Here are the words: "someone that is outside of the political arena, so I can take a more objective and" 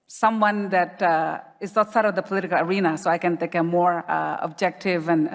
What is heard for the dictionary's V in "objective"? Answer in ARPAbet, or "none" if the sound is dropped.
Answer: V